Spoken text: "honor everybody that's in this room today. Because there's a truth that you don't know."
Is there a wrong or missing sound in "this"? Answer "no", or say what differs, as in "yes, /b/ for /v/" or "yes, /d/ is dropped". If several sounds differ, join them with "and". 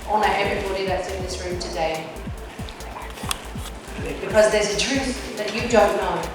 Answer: no